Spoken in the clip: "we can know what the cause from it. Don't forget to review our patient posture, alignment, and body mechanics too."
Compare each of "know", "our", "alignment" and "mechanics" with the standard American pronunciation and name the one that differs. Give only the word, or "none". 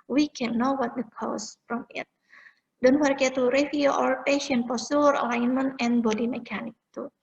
mechanics